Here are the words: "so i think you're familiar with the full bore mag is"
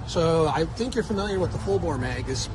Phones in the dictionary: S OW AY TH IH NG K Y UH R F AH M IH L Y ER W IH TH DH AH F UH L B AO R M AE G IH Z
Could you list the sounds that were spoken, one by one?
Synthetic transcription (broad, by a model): S OW AY TH IH NG K Y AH R F AH M IH L Y ER W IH DH AH F UH L B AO L M AE G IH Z